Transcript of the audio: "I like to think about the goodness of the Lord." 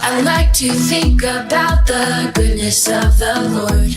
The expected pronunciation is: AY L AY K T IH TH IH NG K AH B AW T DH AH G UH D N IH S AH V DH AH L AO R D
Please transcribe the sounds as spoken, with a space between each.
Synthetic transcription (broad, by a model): AY L AY K T IH TH IH NG K AH B AW T DH AH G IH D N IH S AH V DH AH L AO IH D